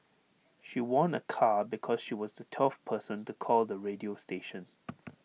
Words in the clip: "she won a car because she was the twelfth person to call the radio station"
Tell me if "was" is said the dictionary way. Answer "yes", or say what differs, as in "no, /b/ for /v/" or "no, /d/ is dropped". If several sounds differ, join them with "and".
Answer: yes